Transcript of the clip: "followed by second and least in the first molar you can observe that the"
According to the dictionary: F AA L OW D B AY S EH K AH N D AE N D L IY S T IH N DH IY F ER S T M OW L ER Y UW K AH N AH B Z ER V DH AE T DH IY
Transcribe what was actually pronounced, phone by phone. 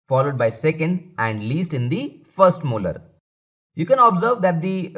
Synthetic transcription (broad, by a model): F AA L OW D B AY S EH K AH N D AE N D L IY S T IH N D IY F ER S T M OW L ER Y UW K AH N AH B Z ER V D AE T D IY